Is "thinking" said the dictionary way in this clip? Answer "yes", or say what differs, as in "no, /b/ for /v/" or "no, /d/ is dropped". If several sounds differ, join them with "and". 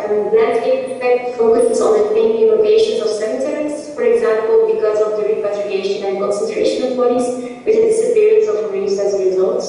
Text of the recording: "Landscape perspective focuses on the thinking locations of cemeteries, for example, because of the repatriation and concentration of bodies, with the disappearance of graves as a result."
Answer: no, /t/ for /θ/